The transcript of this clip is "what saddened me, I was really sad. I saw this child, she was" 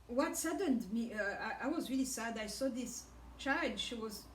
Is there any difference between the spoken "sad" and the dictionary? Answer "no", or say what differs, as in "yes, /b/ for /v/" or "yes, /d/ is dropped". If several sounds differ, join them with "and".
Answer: no